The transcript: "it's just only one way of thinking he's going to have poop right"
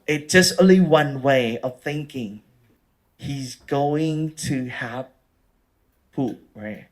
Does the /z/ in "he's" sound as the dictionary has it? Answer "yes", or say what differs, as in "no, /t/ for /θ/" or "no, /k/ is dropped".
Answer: yes